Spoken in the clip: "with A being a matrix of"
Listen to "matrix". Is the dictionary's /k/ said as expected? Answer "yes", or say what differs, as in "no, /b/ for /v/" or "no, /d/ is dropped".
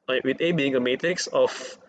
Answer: yes